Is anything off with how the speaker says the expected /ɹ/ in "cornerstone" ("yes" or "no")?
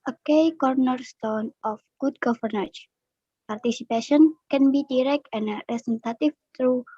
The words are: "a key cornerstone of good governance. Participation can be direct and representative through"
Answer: no